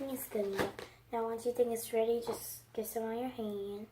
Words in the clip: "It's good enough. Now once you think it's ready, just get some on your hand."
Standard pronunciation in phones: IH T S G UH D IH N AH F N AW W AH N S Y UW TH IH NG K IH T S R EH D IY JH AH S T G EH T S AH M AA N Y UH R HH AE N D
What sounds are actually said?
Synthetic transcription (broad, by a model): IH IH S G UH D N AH P N AW W AH N S Y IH TH IH NG K IH T S R EH D IY JH AH S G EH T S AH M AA N Y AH R HH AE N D